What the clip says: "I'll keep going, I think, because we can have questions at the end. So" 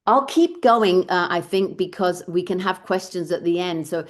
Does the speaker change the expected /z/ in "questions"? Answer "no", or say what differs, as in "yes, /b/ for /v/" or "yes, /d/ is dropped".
no